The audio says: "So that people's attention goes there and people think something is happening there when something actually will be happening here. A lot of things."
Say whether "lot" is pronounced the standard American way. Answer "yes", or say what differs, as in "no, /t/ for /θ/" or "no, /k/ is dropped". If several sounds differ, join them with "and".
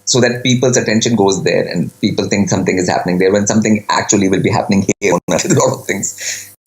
no, /n/ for /l/